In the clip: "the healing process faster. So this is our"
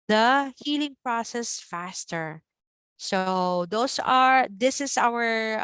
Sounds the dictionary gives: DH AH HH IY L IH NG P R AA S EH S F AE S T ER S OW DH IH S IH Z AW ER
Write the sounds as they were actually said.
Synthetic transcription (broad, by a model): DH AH HH IY L IH NG P R AA S EH S F AE S T ER S OW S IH S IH S AW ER